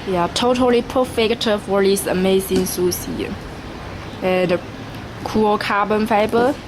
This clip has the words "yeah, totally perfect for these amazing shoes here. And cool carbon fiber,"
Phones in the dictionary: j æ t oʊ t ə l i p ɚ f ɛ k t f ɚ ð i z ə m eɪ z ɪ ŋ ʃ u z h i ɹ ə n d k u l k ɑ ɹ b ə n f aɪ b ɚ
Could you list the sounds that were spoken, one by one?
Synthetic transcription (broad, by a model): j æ t oʊ t ə l i p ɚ f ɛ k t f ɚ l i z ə m eɪ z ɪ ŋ s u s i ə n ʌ k u l k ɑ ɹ b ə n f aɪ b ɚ